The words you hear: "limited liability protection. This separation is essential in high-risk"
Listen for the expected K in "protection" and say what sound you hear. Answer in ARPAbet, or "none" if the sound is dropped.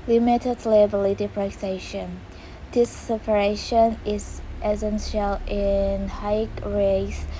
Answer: none